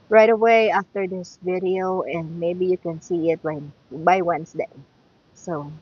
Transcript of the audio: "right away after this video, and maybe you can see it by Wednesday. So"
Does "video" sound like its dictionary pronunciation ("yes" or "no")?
yes